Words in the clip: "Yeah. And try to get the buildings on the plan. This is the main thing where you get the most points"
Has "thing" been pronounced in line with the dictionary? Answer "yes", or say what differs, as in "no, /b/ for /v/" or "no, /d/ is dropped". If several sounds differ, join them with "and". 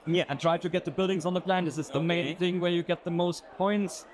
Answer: yes